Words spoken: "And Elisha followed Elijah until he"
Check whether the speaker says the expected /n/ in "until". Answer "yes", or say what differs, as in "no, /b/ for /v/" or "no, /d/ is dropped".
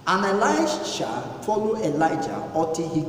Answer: no, /n/ is dropped